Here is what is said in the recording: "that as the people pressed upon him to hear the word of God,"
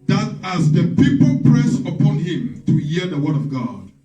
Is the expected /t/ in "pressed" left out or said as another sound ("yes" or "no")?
yes